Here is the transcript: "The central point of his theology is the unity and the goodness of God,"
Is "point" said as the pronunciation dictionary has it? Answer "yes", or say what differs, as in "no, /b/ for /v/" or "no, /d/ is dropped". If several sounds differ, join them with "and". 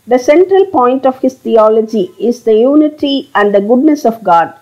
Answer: yes